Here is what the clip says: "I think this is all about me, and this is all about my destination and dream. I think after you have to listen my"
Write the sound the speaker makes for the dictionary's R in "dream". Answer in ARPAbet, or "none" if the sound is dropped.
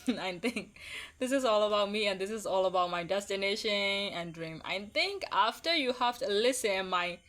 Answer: R